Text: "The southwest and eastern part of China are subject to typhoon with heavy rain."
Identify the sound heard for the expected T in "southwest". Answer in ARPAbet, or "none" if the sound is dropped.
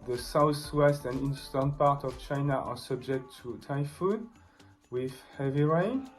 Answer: T